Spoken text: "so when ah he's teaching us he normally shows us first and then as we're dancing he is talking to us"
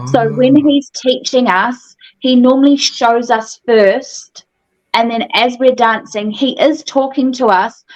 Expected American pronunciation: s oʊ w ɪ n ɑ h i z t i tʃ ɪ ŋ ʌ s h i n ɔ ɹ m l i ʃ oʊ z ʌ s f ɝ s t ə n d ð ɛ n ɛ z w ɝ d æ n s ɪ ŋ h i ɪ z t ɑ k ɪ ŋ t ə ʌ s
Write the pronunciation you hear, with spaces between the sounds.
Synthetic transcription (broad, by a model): s oʊ w ɪ n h i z t i tʃ ɪ ŋ ʌ s h i n ɔ ɹ m l i ʃ oʊ z ʌ s f ɝ s t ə n ð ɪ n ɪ z w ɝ d æ n s ɪ ŋ i ɪ z t ɑ k ɪ ŋ t ə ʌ s